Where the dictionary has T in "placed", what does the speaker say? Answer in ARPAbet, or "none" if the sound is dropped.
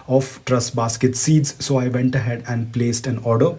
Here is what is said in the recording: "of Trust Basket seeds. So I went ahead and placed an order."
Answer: T